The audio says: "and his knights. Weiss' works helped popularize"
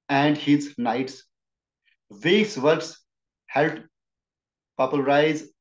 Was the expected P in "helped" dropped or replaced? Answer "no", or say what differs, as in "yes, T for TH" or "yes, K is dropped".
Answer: yes, P is dropped